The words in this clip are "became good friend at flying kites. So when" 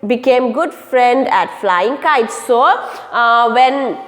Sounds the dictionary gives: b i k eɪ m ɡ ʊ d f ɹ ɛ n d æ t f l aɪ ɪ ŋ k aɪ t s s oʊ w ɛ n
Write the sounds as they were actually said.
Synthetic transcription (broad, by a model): b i k eɪ m ɡ ʊ d f ɹ ɛ n d æ t f l aɪ ɪ ŋ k aɪ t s s oʊ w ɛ n